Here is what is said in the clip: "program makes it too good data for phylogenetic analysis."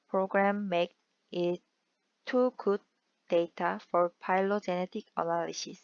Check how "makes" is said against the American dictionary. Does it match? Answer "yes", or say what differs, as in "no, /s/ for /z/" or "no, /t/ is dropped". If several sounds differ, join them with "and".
no, /s/ is dropped